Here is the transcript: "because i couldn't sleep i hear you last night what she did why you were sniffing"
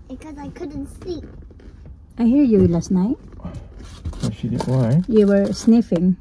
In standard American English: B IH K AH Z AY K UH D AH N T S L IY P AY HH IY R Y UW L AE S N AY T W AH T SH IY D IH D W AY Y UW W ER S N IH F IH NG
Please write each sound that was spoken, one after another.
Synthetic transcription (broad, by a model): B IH K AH Z AY K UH D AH N T S IY AY HH IY R Y UW L AE S N AY T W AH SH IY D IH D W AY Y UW W ER S N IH F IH NG